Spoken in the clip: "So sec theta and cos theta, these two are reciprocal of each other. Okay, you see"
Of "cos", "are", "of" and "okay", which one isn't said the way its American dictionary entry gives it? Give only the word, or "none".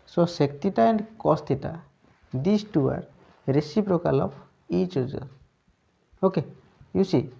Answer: of